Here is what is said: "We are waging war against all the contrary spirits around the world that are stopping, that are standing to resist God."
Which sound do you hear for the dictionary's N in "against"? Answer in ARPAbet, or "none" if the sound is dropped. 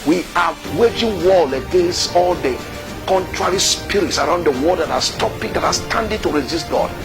N